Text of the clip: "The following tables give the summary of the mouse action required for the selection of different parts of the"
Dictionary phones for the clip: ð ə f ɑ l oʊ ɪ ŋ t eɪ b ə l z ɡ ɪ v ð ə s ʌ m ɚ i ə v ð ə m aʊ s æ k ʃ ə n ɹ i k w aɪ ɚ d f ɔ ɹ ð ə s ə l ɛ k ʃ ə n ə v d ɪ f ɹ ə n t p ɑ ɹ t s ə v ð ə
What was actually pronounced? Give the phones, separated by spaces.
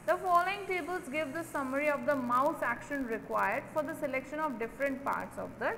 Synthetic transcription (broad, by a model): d ə f ɑ l oʊ ɪ ŋ t eɪ b ə l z ɡ ɪ v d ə s ʌ m ɚ i ə v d ə m aʊ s æ k ʃ ə n ɹ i k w aɪ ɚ d f ɔ ɹ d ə s ə l ɛ k ʃ ə n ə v d ɪ f ɹ ə n t p ɑ ɹ t s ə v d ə